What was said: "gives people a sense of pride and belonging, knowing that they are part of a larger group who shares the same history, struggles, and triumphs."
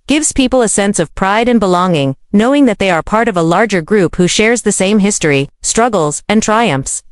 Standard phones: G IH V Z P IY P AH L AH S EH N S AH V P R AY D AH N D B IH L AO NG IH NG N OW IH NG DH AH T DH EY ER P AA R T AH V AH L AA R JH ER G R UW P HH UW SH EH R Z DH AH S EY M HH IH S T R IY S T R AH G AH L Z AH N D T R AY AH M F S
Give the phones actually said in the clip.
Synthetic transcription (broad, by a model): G IH V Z P IY P L AH S EH N S AH V P R AY D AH N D B IH L AO NG IH NG N OW IH NG DH AH T DH EY ER P AA R T AH V AH L AA R JH ER G R UW P HH UW SH EH R Z DH AH S EY M HH IH S T R IY S T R AH G L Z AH N T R AY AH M F S